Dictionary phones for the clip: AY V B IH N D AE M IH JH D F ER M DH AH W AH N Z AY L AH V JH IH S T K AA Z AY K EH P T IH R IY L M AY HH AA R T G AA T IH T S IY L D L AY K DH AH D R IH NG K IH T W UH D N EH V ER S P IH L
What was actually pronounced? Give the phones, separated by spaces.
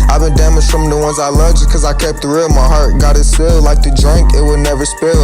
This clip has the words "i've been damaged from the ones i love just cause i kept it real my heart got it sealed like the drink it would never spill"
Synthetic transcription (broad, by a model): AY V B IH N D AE M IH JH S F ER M DH AH W AH N Z AY L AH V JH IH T K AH Z AY K EH P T IH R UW M AY HH AA R T G AA T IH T S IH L L AY K DH AH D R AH NG K IH T W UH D N EH V ER S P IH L